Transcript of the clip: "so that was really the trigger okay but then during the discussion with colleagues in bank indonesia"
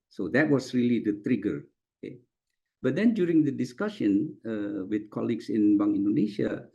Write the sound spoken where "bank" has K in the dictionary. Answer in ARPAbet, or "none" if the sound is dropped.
none